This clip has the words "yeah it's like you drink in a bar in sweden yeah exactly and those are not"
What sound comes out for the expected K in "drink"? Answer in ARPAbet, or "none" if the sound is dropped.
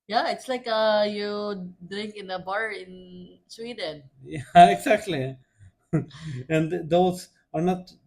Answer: K